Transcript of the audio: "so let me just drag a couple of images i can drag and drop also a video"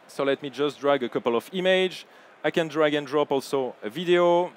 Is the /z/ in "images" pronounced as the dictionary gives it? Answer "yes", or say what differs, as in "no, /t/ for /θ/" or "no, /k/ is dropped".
no, /z/ is dropped